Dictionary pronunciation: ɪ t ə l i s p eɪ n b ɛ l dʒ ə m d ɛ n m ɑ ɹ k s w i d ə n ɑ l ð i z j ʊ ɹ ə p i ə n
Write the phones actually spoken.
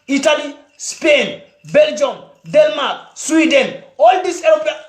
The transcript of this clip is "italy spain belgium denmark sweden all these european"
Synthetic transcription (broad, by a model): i t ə l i s p eɪ n b ɛ l dʒ ə m d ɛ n m ɑ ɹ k s w i d ə n ɑ l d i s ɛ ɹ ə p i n